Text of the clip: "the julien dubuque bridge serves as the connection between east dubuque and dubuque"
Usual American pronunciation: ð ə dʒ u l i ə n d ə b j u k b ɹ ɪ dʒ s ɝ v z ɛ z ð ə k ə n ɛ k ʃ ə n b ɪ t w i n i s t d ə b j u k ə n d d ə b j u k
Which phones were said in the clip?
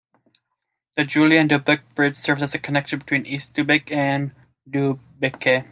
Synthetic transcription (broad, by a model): ð ə dʒ u l i ə n d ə b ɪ k b ɹ ɪ dʒ s ɝ v z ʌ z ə k ə n ɛ k ʃ ə n b ɪ t w i n i s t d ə b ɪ k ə n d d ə b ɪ k